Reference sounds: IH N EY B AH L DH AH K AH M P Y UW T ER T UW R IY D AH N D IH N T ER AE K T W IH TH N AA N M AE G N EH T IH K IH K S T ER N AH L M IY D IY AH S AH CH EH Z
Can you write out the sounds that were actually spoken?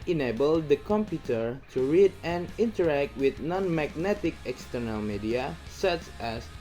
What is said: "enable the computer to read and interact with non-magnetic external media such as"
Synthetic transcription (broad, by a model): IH N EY B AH L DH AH K AH M P Y UW T ER T UW R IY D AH N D IH N T ER AE K T W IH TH N AA N M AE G N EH T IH K IH K S T ER N AH L M IY D IY AH S AH CH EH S